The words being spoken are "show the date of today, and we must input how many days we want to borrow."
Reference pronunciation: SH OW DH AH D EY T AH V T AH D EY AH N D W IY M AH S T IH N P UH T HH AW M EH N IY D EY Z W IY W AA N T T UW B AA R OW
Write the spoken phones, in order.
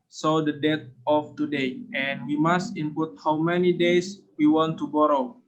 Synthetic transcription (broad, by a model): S OW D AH D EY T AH F T AH D EY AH N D W IY M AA S T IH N P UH T HH AW M EH N IY D EY S W IY W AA N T T UW B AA R OW